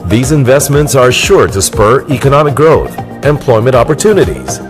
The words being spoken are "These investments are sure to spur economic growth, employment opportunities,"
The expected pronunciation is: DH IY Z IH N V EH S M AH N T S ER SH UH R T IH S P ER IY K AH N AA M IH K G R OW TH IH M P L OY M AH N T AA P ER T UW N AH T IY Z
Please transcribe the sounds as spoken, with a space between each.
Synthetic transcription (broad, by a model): DH IY Z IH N V EH S M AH N T S ER SH UH R T IH S P ER IY K AH N AA M IH K G R OW TH IH M P L OY M AH N T AA P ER T UW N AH T IY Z